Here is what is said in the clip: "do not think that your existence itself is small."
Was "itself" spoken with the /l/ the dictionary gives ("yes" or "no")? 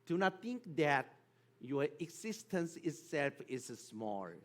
yes